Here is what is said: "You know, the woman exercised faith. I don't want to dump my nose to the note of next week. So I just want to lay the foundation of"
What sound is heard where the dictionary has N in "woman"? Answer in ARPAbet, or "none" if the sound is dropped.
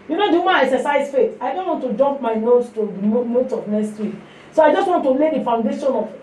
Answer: none